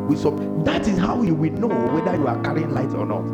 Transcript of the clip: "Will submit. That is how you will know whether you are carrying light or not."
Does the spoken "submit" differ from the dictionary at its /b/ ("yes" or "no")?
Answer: yes